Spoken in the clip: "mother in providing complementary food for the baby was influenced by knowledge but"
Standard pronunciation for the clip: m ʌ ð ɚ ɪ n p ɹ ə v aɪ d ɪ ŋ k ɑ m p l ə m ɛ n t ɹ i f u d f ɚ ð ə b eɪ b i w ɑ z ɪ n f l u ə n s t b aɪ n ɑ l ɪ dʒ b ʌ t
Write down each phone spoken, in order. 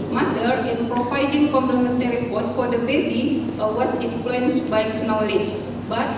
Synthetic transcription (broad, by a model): m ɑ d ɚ ɪ n p ɹ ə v aɪ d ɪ ŋ k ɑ m p l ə m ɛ n t ɹ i p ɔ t f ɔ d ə b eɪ b i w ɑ s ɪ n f l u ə n s b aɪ n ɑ l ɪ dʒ b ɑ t